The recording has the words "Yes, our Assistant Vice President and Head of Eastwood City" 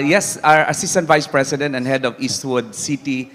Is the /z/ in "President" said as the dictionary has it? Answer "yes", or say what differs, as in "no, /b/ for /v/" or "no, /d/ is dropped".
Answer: no, /s/ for /z/